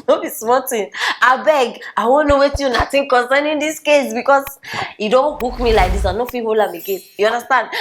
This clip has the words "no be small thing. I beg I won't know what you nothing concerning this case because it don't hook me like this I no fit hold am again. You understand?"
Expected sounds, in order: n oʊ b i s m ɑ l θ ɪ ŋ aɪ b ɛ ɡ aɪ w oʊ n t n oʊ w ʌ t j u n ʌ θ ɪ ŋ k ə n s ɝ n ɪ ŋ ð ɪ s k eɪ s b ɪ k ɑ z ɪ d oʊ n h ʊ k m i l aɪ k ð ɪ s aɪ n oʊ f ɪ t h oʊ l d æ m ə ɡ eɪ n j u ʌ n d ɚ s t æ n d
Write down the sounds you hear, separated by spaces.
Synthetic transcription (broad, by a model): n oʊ b i s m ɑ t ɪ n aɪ b ɛ ɡ aɪ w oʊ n n oʊ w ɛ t j u n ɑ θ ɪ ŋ k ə n s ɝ n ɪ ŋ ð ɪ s k eɪ s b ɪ k ɑ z ɪ d oʊ n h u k m i l aɪ k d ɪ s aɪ n oʊ f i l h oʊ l ɑ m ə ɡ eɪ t j u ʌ n d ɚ s t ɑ n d